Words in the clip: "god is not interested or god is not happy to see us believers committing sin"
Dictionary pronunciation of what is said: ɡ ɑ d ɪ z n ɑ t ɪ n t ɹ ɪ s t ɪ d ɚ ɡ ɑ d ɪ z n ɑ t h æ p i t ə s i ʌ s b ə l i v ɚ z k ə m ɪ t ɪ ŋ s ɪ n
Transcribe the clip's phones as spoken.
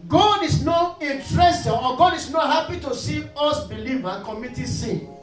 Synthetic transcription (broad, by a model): ɡ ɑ d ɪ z n ɑ t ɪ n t ɹ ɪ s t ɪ ɔ ɡ ɑ d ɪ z n ɑ t h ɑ p i t ə s i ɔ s b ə l i v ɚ k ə m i t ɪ s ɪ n